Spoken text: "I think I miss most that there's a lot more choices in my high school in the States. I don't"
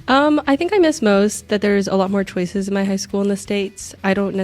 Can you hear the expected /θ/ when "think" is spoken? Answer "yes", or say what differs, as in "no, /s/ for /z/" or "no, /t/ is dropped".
yes